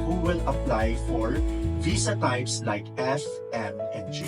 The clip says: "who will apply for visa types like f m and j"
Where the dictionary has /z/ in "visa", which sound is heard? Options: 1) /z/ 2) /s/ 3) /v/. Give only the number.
2